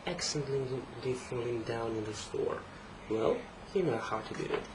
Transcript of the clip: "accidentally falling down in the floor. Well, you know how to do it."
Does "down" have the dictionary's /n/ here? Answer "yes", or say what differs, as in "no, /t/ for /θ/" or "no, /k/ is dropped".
yes